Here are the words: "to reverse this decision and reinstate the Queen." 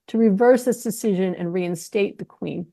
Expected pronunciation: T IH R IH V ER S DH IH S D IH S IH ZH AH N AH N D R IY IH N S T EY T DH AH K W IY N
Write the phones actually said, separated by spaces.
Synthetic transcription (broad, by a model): T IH R IH V ER S DH IH S D IH S IH ZH AH N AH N R IY IH N S T EY T DH AH K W IY N